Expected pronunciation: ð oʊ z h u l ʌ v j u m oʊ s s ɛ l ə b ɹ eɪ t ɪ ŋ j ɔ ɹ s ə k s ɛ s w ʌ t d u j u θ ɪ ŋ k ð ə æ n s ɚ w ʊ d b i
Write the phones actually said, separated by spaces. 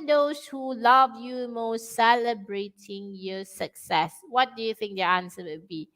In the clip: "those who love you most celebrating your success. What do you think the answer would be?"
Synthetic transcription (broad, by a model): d oʊ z h u l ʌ v j u m oʊ s s ɛ l ə b ɹ eɪ t ɪ ŋ j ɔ s ə k s ɛ s w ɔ t d u j u θ ɪ ŋ k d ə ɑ n s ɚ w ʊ b i